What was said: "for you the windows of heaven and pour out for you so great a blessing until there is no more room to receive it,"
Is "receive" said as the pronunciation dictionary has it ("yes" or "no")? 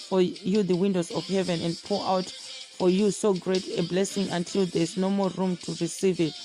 yes